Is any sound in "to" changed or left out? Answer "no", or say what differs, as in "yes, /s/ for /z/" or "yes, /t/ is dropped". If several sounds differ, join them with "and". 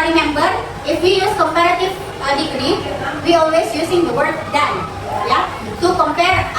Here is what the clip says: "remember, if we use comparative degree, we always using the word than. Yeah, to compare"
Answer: yes, /s/ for /t/